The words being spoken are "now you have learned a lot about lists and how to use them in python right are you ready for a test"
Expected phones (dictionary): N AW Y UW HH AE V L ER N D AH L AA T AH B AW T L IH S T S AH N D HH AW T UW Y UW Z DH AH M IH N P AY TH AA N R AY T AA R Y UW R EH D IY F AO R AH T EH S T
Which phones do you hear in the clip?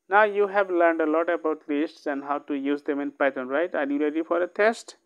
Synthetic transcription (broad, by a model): N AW Y UW HH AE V L ER N D AH L AA T AH B AW T L IH S T S AH N D HH AW T UW Y UW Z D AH M IH N P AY T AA N R AY T AA R Y UW R EH D IY F AO R AH T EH S T